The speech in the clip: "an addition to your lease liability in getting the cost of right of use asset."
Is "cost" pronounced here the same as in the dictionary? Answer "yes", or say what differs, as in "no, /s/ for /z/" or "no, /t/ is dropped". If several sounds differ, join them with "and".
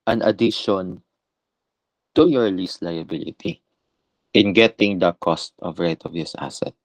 yes